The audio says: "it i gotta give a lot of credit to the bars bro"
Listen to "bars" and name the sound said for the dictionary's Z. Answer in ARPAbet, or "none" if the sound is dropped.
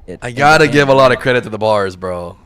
Z